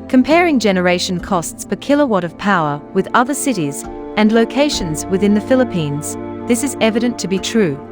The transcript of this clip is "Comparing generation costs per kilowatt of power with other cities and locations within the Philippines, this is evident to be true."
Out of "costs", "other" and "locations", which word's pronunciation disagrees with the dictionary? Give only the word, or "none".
none